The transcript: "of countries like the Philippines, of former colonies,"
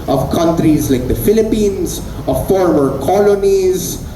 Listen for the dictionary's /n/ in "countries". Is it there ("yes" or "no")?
yes